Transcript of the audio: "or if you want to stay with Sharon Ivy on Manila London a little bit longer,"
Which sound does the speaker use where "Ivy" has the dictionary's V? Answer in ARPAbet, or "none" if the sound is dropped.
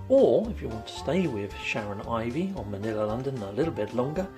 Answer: V